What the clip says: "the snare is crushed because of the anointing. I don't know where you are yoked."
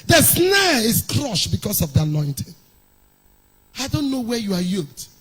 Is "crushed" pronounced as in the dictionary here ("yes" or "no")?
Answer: yes